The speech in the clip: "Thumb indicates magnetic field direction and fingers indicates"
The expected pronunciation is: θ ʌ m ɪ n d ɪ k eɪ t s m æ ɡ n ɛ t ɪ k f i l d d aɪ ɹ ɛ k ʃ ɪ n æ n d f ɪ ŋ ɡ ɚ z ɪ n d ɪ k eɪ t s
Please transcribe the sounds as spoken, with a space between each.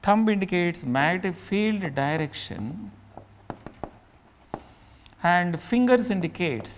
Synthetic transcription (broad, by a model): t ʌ m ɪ n d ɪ k eɪ t s m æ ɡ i t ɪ f i l d d aɪ ɹ ɛ k ʃ ɪ n æ n d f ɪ ŋ ɡ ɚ s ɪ n d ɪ k eɪ t s